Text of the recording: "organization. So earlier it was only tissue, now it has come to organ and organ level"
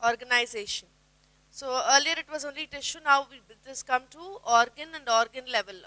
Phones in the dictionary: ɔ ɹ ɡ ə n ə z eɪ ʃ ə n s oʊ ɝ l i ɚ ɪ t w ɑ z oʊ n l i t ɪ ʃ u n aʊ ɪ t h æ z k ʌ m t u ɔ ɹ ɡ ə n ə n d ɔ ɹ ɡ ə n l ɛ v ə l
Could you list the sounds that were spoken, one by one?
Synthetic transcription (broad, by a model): ɔ ɹ ɡ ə n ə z eɪ ʃ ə n s oʊ ɝ l i ɚ ɪ t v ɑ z oʊ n l i t ɪ ʃ u n aʊ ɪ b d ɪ s k ʌ m t u ɔ ɹ ɡ ə n ə n d ɔ ɹ ɡ ə n l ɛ v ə l